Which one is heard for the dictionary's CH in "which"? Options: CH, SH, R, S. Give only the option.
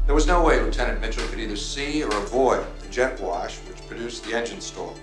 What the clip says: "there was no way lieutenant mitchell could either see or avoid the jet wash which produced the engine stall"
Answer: CH